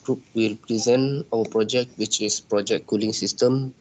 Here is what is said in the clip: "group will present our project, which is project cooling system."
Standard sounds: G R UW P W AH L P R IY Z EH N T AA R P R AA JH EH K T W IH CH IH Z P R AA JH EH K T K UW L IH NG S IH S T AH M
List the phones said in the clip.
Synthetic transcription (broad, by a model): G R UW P W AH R P R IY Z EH N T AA W P R AA JH EH K T W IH CH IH S P R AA JH EH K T K UW L IH NG S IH S T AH M